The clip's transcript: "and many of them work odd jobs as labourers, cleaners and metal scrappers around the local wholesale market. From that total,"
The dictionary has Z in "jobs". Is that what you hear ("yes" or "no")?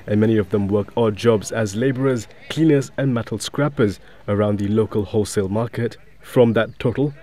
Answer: yes